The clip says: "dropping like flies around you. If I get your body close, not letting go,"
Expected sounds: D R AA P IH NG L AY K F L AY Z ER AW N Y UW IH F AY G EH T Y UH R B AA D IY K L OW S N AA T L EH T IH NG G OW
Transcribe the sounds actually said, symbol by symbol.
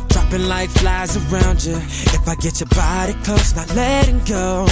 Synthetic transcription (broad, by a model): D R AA P IH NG L AY K F L AY Z ER AW N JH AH IH F AY G EH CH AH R B AA D IY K OW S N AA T L EH T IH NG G OW